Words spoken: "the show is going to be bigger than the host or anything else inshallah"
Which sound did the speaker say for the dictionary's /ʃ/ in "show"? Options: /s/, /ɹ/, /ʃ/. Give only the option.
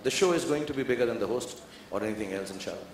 /ʃ/